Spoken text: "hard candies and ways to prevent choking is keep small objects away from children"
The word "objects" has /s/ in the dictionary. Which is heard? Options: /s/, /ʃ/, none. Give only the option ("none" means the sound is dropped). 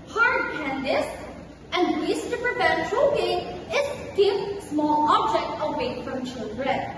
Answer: none